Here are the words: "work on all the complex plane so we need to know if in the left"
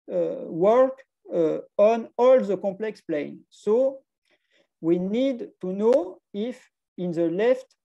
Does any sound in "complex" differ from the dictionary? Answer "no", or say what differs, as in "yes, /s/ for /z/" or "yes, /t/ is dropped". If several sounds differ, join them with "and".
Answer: yes, /m/ is dropped